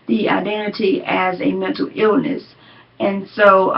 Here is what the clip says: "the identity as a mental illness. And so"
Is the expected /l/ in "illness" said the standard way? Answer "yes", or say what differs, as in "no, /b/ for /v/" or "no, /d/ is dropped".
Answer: yes